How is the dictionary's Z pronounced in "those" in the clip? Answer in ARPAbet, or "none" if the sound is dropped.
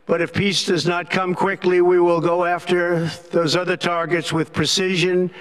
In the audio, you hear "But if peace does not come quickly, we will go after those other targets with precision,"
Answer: Z